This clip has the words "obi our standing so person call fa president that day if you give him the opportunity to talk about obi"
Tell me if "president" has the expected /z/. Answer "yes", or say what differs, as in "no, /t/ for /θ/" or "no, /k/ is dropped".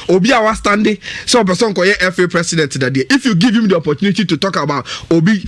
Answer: no, /s/ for /z/